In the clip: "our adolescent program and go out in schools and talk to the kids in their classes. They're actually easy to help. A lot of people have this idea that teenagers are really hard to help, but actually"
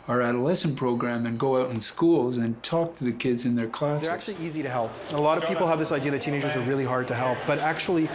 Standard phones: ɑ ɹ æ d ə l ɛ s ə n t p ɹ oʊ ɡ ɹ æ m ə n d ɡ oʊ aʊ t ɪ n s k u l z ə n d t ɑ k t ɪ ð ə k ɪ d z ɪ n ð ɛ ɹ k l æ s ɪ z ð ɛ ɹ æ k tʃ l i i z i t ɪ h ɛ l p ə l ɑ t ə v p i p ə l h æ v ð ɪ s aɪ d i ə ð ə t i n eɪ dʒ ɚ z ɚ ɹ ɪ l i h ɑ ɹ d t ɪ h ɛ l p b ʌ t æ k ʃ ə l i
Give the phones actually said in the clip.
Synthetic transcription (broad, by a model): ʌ ɹ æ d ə l ɛ s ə n p ɹ oʊ ɡ ɹ æ m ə n ɡ oʊ aʊ t n s k u l z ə n t ɑ k t ɪ ð ə k ɪ d z ɪ n ð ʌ ɹ k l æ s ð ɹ æ k tʃ l i i z i t ɪ h ɛ l p ə l ɑ t ə v p i p l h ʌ v ð ɪ s aɪ d i ə ð ə t i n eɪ dʒ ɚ z ɚ ɹ ɪ l i h ɑ ɹ d t ɪ h ɛ l p b ʌ t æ k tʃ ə l i